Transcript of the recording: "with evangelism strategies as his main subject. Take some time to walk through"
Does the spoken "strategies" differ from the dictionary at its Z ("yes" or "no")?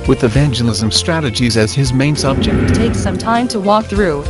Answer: no